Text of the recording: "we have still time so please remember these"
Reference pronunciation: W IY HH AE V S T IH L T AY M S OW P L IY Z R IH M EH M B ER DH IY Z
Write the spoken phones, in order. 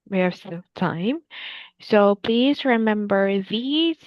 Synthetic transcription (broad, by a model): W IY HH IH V S T IH L T AY M S OW P L IY Z R IH M EH M B ER DH IY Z